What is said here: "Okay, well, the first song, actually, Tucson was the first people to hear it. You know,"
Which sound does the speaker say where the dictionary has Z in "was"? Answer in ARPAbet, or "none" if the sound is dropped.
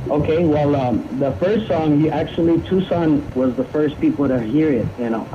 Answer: Z